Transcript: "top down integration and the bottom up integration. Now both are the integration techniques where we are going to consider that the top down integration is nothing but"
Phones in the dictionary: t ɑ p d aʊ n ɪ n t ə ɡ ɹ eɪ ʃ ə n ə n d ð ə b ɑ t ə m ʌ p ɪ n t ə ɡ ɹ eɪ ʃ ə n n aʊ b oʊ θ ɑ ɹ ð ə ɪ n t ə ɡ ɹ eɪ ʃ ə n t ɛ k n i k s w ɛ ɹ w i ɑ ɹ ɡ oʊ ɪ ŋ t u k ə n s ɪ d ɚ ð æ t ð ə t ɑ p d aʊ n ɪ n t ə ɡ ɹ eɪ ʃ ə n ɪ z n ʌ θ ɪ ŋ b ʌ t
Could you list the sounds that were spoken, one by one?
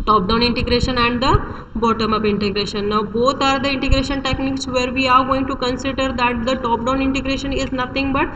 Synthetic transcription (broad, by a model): t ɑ p d aʊ n ɪ n t ə ɡ ɹ eɪ ʃ ə n ə n d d ə b ɑ t ə m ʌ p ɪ n t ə ɡ ɹ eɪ ʃ ə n n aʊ b oʊ t ɑ ɹ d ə ɪ n t ə ɡ ɹ eɪ ʃ ə n t ɛ k n i k s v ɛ ɹ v i ɑ ɹ ɡ oʊ ɪ ŋ t u k ə n s ɪ d ɚ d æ t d ə t ɑ p d aʊ n ɪ n t ə ɡ ɹ eɪ ʃ ə n ɪ z n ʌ t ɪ ŋ b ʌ t